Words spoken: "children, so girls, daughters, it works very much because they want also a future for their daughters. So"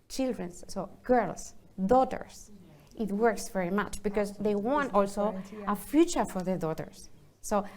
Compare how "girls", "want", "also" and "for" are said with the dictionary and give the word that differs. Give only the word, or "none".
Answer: girls